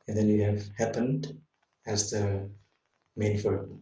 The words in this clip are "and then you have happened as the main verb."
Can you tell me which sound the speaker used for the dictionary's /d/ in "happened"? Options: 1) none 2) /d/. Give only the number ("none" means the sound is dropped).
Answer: 2